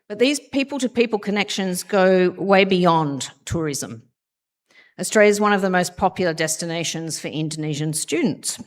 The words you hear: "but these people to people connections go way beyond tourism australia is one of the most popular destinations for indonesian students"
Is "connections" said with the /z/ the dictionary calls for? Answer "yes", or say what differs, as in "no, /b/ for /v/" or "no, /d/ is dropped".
yes